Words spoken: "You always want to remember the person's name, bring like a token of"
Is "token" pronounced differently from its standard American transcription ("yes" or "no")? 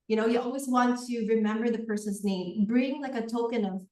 no